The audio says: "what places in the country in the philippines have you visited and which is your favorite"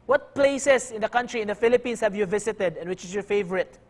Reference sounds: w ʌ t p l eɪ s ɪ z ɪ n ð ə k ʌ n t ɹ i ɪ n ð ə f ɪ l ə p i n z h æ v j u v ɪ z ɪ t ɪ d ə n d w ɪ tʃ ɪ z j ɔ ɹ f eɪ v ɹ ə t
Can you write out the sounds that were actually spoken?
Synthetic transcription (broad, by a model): w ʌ t p l eɪ s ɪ s ɪ n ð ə k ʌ n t ɹ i ɪ n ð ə f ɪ l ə p i n s h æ v j u v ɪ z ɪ t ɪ d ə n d w ɪ tʃ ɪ s j ɔ ɹ f eɪ v ɹ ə t